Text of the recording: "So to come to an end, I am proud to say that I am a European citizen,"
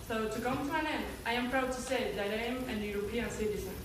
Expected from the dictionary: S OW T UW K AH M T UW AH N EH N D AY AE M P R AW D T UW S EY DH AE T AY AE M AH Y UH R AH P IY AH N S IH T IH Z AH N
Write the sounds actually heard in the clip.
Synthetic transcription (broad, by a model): S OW T UW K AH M T UW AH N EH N AY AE M P R AW D T UW S EY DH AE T AY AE M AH Y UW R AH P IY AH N S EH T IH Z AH